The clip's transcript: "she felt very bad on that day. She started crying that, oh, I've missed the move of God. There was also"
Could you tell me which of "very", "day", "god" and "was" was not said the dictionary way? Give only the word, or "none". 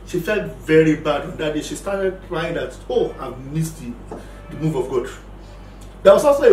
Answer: was